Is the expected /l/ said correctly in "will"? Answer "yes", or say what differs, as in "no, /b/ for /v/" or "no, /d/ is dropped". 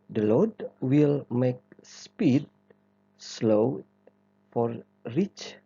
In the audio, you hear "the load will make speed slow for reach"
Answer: yes